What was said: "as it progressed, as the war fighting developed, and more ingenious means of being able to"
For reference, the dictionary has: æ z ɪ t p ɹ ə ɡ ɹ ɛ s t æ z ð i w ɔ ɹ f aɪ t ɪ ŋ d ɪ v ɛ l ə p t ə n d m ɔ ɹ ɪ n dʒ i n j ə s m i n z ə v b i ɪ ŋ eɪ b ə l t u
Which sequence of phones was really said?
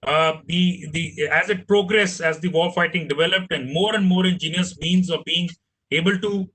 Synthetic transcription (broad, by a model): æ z ɪ t p ɹ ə ɡ ɹ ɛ s æ z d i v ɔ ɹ f aɪ t ɪ ŋ d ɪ v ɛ l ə p t ə n d m ɔ ɹ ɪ n dʒ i n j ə s m i n z ə v b i ɪ ŋ eɪ b ə l t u